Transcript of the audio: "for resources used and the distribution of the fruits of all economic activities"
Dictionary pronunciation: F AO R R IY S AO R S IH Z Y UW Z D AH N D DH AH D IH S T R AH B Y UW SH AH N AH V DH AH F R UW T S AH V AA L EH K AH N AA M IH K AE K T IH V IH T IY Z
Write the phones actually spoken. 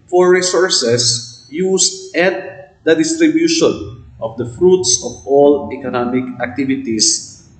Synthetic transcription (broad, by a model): F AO R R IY S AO R S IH S Y UW S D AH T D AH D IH S T R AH B Y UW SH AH N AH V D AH F R UW T S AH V AA L EH K AH N AA M IH K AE K T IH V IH T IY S